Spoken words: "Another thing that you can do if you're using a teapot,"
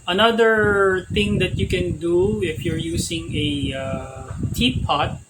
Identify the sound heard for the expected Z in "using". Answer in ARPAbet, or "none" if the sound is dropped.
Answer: S